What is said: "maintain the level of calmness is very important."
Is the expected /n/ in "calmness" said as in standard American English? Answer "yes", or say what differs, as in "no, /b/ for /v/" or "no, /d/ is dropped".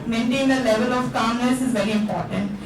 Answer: no, /n/ is dropped